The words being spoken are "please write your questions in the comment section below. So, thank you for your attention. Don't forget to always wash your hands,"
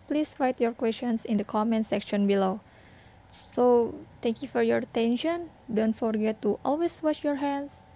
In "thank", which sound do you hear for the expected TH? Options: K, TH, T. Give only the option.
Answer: T